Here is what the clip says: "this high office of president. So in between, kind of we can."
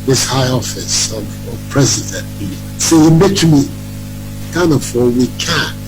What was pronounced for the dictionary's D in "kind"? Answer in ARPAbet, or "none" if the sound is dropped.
none